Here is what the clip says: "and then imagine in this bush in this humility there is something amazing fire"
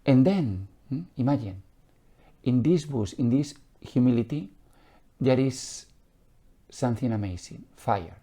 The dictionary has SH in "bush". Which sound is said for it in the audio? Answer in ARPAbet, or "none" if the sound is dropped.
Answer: S